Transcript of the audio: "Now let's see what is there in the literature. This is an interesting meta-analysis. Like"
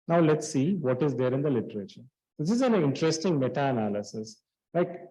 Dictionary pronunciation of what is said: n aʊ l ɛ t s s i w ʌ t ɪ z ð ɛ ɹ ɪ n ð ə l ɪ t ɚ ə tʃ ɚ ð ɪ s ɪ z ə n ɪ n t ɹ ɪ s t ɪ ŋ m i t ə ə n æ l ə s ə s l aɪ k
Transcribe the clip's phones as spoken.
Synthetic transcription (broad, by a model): n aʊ l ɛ t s s i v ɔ t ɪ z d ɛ ɹ ɪ n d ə l ɪ t ɚ ə tʃ ɚ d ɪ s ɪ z ə n ɪ n t ɹ ɪ s t ɪ ŋ m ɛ t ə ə n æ l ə s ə s l aɪ k